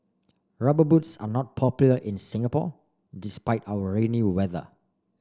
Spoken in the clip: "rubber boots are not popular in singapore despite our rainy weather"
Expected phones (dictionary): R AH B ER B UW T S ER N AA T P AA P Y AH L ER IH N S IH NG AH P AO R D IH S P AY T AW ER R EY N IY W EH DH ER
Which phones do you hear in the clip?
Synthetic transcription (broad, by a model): R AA B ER B UW T S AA N AA T P AA P Y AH L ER IH N S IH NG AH P AO D IH S P AY T AW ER R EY N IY W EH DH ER